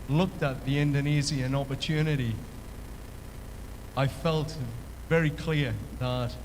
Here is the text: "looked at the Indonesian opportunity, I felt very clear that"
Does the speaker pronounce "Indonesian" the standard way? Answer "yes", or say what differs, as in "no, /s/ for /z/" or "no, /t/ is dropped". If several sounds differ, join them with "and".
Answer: no, /z/ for /ʒ/